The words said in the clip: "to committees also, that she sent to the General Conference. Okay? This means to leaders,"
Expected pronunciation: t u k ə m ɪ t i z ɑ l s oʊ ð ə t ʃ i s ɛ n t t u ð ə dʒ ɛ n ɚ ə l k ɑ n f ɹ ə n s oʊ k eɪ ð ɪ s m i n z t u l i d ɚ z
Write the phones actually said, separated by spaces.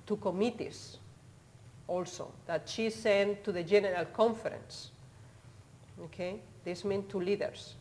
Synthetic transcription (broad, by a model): t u k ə m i t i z ɑ l s oʊ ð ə t ʃ i s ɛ n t t u ð ə dʒ ɛ n ɚ ə l k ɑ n f ɹ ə n s oʊ k eɪ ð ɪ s m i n t u l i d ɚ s